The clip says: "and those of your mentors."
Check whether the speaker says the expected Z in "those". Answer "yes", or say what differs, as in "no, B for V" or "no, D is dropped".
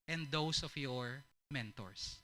no, S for Z